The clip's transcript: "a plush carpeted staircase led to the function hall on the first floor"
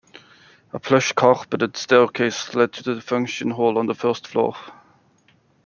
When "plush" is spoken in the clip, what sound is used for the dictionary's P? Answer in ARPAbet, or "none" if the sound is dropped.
P